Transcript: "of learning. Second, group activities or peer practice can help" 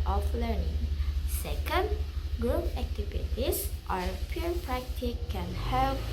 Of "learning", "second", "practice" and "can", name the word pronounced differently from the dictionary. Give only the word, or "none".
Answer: practice